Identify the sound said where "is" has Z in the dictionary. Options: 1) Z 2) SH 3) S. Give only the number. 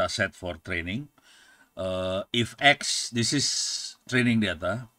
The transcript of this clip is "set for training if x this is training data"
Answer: 3